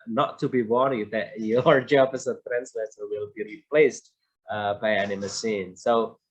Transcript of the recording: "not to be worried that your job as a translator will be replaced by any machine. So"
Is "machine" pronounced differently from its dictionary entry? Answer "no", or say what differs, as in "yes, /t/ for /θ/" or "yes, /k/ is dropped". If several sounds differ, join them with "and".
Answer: yes, /s/ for /ʃ/